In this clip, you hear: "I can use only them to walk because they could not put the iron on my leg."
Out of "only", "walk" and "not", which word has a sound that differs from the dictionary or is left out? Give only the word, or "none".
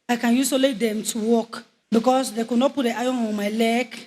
only